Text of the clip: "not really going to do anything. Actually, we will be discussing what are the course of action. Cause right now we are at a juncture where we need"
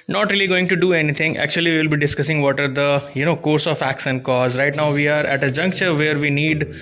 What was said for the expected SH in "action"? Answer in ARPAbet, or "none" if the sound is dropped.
S